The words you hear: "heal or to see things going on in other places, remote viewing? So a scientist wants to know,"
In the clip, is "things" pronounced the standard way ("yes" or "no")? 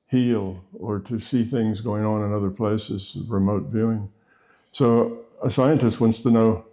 yes